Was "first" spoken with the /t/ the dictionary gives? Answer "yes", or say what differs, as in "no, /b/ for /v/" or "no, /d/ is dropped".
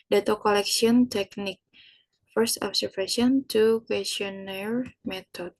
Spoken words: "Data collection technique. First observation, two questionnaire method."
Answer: yes